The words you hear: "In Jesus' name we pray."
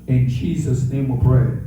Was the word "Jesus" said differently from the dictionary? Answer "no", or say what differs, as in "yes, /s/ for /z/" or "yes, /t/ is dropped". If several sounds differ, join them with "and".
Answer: no